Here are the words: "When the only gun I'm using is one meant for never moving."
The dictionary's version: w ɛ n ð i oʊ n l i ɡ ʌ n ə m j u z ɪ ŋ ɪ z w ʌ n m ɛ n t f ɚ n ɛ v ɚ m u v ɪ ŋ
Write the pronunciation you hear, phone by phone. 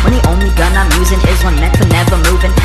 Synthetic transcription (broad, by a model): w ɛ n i oʊ n l i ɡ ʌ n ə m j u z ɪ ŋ ɪ z w ʌ n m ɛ t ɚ n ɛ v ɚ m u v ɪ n